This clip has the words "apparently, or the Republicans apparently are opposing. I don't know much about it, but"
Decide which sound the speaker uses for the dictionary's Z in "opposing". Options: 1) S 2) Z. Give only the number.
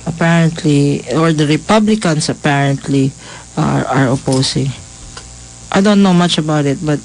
1